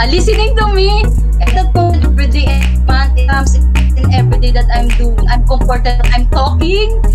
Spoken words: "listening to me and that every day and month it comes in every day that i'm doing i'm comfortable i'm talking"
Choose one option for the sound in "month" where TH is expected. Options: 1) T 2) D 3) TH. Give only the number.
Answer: 1